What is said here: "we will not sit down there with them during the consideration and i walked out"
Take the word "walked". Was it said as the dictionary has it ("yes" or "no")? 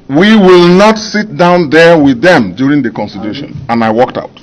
yes